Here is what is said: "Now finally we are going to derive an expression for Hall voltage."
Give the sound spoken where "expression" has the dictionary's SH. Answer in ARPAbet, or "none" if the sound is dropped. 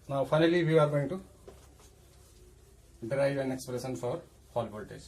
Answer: S